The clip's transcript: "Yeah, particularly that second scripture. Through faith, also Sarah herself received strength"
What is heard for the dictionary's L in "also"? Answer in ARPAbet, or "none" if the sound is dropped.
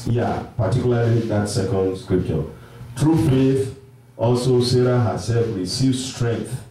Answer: L